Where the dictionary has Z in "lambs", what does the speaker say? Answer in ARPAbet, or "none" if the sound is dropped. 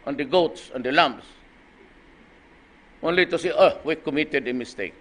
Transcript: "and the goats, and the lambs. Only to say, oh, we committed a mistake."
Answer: S